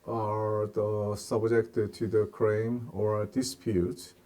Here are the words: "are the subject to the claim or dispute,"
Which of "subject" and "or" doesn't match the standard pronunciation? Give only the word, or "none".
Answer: none